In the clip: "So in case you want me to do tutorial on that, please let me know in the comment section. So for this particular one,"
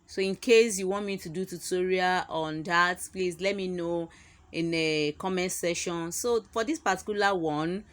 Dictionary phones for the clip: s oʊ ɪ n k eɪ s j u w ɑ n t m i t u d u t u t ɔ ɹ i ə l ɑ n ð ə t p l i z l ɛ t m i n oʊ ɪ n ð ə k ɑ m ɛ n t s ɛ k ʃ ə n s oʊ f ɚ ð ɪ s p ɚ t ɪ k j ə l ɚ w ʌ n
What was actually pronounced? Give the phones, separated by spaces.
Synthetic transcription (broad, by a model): s oʊ ɪ n k eɪ s j u w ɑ n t m i t u d u t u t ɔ ɹ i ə ɑ n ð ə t p l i s l ɛ t m i n oʊ ɪ n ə k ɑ m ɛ n s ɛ ʃ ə n s oʊ f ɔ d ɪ s p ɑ t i k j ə l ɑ w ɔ n